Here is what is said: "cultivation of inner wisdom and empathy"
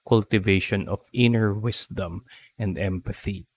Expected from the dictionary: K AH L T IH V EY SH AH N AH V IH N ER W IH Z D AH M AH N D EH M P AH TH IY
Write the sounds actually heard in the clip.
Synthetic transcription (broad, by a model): K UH L T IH V EY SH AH N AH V IH N ER W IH S D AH M AH N D EH M P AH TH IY